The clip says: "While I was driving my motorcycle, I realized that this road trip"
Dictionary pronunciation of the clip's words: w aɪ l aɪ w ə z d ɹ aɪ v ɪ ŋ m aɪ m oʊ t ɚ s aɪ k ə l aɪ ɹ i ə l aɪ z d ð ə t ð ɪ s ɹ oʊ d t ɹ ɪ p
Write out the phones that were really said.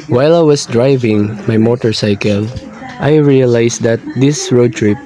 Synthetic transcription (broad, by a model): w aɪ l aɪ w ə s d ɹ aɪ v ɪ ŋ m aɪ m oʊ t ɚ s aɪ k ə l aɪ ɹ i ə l aɪ s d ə t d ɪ s ɹ oʊ d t ɹ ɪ p